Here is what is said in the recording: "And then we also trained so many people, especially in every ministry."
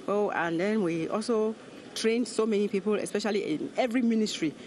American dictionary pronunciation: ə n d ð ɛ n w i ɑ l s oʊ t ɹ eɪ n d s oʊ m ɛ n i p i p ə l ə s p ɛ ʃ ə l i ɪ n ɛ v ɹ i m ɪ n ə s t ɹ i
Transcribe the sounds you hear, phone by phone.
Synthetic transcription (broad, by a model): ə n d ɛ n w i ɑ l s oʊ t ɹ eɪ n d s oʊ m ɛ n i p i p ə l ə s p ɛ ʃ ə l i ɪ n ɛ v ɹ i m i n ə s t ɹ i